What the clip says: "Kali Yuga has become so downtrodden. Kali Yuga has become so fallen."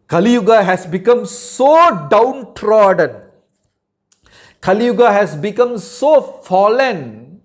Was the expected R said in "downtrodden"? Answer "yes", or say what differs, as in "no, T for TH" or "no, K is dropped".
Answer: yes